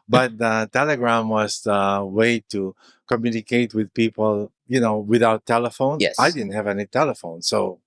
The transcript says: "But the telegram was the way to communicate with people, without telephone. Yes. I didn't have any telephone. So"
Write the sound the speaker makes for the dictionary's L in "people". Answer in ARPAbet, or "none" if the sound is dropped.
N